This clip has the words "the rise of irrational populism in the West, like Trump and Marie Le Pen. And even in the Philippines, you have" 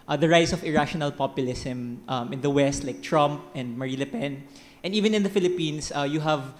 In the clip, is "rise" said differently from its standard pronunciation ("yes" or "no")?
yes